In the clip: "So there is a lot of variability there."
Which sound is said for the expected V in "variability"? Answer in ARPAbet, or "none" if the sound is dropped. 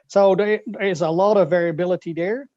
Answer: V